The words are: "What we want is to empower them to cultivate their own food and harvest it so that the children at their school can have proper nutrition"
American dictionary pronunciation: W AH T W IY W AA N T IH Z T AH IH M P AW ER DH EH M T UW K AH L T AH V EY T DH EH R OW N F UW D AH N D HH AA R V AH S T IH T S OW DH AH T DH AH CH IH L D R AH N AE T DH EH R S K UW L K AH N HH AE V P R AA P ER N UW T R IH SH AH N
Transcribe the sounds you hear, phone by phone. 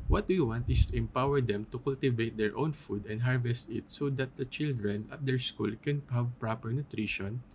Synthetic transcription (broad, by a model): W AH T W IY W AA N T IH S T AH IH M P AW ER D EH M T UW K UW L T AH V EY T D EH R OW N F UW D AH N D HH AA R V AH S T IH T S OW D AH T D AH CH IH L D R AH N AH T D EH R S K UW L K AH N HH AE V P R AA P ER N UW T R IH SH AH N